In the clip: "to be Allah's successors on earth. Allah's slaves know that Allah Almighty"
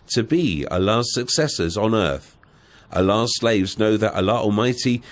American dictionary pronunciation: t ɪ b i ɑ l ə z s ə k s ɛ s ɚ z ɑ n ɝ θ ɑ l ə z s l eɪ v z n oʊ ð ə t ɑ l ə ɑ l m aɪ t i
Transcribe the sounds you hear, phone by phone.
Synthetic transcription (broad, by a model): t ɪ b i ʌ l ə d s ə k s ɛ s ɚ z n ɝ θ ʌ l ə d s l eɪ v z n oʊ ð ə t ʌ l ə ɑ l m aɪ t i